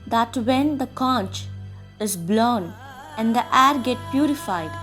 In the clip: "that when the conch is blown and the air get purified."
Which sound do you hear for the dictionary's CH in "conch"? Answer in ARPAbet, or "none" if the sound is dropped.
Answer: CH